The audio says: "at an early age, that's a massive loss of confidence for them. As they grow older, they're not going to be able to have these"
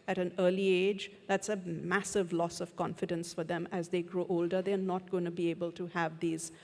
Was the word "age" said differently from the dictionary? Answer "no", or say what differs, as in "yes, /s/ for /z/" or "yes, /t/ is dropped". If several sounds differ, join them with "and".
no